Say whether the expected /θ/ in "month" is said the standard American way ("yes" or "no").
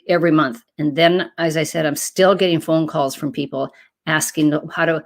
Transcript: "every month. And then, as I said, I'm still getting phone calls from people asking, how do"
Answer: yes